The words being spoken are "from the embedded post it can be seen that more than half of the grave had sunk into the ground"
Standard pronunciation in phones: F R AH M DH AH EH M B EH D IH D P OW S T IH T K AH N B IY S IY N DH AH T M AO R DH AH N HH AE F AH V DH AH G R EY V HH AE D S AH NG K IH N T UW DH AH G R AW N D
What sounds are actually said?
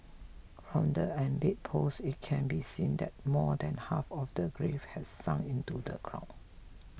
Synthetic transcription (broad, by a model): F R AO M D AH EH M B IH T P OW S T IH T K AH N B IY S IY N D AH T M AO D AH N HH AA F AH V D AH G R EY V HH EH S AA NG IH N T UW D AH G R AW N